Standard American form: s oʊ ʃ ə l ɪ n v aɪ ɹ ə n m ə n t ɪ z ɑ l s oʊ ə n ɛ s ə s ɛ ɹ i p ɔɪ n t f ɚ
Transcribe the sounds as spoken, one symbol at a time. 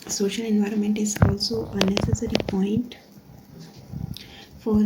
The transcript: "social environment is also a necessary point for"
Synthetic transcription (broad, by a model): s oʊ ʃ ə l ɪ n v aɪ ɹ ə n m ə n t ɪ z ɑ l s oʊ ə n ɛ s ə s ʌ ɹ i p ɔɪ n t f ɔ